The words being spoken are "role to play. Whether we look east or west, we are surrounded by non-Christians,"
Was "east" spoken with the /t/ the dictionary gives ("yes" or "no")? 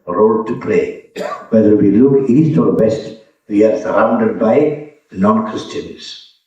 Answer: yes